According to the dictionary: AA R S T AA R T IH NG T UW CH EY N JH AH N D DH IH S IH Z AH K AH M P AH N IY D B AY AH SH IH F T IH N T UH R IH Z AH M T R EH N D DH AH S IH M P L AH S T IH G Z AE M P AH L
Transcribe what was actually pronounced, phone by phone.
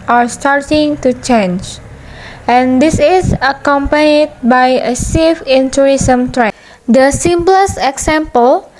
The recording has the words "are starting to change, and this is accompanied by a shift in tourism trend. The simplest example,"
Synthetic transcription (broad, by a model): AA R S T AA R T IH NG T UW CH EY N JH AH N D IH S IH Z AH K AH M P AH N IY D B AY AH S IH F IH N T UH R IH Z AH M T R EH D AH S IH M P L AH S IH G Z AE M P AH L